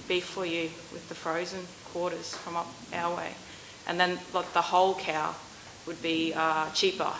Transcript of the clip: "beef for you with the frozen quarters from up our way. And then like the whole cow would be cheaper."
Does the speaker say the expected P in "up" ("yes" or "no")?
yes